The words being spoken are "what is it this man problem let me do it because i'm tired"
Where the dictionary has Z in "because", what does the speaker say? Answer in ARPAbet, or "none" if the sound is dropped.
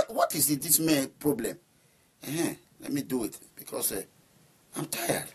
S